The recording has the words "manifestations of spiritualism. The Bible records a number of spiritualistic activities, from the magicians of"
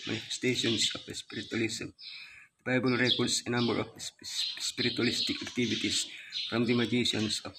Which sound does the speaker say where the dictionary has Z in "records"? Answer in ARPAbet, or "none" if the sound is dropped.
S